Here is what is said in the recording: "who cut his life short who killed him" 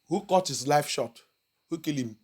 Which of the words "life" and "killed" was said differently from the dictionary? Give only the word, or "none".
killed